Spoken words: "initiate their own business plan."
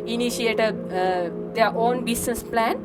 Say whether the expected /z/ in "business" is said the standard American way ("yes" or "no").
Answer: no